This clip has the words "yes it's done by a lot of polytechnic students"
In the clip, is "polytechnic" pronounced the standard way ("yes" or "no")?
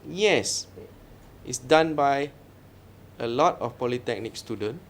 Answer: yes